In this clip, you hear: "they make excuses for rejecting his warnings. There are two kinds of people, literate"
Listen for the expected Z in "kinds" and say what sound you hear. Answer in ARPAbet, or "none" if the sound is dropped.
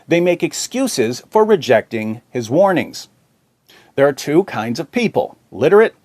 Z